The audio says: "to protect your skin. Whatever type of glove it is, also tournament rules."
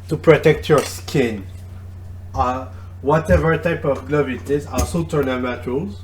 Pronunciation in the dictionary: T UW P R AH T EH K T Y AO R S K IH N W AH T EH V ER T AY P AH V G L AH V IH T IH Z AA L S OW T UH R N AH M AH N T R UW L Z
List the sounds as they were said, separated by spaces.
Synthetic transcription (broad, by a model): T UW P R AH T EH K T Y AO R S K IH N W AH T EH V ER T AY P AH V G L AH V IH T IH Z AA S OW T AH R N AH M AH T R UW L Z